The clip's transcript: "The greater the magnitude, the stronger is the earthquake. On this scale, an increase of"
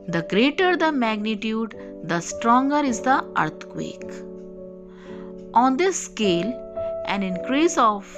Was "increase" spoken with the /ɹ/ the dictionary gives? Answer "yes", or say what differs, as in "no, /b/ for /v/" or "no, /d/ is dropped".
yes